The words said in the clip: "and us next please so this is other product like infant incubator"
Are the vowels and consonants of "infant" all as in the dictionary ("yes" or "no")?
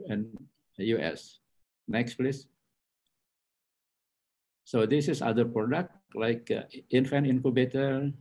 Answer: no